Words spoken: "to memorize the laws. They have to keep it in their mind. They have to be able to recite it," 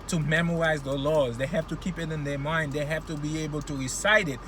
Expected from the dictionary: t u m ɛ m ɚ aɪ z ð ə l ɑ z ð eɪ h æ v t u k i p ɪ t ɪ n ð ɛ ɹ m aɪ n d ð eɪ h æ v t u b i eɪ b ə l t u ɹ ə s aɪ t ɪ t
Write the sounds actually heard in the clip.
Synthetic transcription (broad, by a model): t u m ɛ m ɚ aɪ z ð ə l ɑ z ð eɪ h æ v t u k i p ɪ t ɪ n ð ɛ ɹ m aɪ n d ð eɪ h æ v t u b i eɪ b ə l t u ɹ ə s aɪ t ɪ t